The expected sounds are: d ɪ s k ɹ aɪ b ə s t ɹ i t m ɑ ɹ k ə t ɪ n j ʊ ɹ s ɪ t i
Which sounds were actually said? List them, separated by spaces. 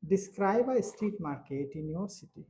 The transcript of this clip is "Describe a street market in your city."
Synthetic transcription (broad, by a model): d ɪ s k ɹ aɪ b ə s t i t m ɑ ɹ k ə t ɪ n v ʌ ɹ s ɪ t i